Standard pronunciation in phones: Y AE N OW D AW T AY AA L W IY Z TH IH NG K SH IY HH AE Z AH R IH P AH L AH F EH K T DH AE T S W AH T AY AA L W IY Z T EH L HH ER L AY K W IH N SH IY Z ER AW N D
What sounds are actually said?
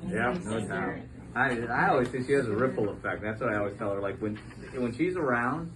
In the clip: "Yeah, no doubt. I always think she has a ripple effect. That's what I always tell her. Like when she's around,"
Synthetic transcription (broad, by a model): Y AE N OW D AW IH AY AA L W IY Z TH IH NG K SH IY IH Z AH R IH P L AH F EH K T DH AE T S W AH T AY AA L W IY Z T EH L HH ER L AY K W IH N SH IY Z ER AW N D